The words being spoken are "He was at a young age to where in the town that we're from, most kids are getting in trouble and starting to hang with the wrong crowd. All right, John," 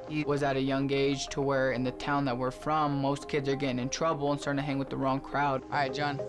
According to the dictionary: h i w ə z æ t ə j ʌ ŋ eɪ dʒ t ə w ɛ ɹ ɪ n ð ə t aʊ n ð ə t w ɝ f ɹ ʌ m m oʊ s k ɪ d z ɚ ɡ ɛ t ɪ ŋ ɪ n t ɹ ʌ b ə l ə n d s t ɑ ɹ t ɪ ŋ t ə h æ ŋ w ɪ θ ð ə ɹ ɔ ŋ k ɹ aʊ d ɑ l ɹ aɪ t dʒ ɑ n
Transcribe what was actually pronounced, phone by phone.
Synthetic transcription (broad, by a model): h i w ə z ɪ t ə j ʌ ŋ eɪ dʒ t ə w ɛ ɹ ɪ n ð ə t aʊ n ð ə t w ɝ f ɹ ʌ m m oʊ s k ɪ d z ɚ ɡ ɛ t ɪ ŋ ɪ n t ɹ ʌ b l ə n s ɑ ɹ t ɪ h æ ŋ w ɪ ð ə ɹ ɔ ŋ k ɹ aʊ d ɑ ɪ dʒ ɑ n